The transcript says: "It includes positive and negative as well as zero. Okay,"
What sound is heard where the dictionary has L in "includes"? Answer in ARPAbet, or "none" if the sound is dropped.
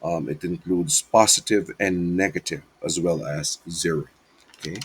L